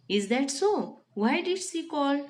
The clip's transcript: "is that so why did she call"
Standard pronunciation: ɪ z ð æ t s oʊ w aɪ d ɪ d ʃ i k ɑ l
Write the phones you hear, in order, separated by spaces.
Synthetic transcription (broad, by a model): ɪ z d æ t s oʊ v aɪ d ɪ d s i k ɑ l